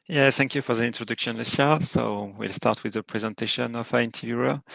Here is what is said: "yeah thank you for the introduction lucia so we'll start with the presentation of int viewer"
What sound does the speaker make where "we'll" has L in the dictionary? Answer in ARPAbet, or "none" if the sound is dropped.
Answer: L